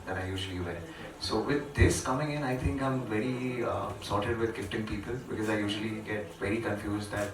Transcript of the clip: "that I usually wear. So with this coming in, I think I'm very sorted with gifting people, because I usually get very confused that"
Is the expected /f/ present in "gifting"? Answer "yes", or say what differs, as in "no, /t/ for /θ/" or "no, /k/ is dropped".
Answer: no, /p/ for /f/